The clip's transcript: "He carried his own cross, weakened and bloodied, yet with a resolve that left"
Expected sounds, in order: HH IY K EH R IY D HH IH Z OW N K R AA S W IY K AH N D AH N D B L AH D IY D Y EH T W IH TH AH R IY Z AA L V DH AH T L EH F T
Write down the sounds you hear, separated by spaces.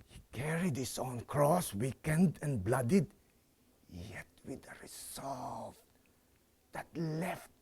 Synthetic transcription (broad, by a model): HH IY K EH R IY D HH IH S OW N K R AA S W IY K AH N D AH N B L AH D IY D Y EH T W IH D AH R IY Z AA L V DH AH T L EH F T